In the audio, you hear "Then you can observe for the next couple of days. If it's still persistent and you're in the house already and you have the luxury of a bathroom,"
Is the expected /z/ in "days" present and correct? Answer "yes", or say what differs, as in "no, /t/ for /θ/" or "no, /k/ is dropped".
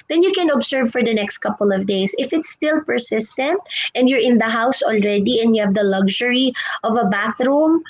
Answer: no, /s/ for /z/